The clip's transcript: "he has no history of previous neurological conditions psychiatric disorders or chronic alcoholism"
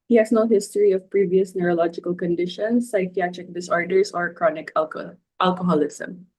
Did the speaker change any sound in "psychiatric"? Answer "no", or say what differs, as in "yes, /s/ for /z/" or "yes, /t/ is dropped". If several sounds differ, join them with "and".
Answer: no